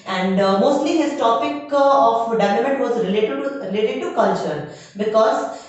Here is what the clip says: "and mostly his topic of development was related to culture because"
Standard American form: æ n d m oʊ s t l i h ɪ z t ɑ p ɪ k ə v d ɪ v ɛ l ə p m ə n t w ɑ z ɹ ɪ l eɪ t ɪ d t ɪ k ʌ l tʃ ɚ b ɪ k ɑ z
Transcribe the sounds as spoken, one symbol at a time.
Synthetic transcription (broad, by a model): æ n d m oʊ s t l i h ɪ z t ɑ p ɪ k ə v d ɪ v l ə m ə n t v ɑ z ɹ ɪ l eɪ t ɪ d t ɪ k ʌ l tʃ ɚ b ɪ k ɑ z